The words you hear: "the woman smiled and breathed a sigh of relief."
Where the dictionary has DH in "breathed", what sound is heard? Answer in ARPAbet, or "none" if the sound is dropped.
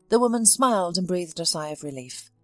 DH